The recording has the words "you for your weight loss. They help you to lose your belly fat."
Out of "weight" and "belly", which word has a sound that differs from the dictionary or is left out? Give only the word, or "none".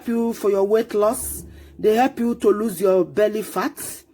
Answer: none